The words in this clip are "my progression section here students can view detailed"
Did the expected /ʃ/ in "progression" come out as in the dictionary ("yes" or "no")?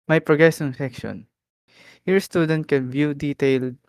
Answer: no